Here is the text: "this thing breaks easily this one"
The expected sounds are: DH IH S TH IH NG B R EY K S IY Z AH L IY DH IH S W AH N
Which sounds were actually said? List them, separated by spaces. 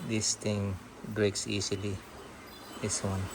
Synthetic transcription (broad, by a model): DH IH S T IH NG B R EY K S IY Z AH L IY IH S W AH N